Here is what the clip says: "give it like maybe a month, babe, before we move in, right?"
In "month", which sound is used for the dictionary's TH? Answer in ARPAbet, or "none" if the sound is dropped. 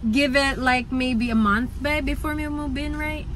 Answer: TH